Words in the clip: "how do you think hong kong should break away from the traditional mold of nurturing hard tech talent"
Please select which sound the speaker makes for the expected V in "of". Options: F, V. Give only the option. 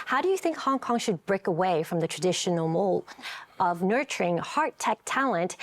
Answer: V